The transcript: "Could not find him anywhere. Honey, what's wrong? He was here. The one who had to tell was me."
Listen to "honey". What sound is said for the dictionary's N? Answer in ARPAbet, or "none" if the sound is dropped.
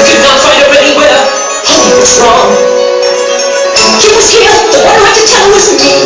none